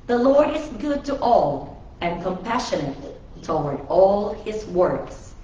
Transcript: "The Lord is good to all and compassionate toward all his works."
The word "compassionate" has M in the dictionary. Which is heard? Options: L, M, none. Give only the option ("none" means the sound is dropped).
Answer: M